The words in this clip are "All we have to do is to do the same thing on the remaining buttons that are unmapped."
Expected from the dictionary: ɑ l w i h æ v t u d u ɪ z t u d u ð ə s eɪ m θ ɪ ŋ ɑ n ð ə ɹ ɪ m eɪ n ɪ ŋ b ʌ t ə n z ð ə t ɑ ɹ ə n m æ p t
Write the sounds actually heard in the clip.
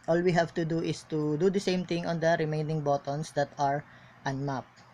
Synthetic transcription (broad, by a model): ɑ l w i h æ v t u d u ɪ s t u d u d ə s eɪ m t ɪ ŋ ɑ n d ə ɹ ɪ m eɪ n ɪ ŋ b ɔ t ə n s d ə t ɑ ɹ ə n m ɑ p